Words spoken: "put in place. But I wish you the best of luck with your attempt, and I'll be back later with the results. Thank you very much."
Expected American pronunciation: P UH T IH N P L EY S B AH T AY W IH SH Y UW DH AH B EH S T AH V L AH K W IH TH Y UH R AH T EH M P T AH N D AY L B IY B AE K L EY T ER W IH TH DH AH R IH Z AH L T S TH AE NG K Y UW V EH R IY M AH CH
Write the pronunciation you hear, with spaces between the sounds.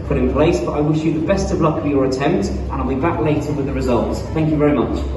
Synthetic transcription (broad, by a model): P UH T IH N P L EY S B AH T AY W IH SH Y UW DH AH B EH S T AH V L AH K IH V Y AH R AH T EH M P T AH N AY L B IY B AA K L EY T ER W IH DH AH R IH Z AH L T S TH AE NG K Y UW V EH R IY M AH CH